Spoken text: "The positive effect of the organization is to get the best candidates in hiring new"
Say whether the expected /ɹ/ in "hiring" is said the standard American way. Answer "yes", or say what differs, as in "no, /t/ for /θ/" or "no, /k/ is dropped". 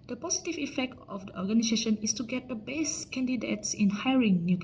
yes